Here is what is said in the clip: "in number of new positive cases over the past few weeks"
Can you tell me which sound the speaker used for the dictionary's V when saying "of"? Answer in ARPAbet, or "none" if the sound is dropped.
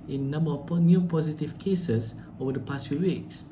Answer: P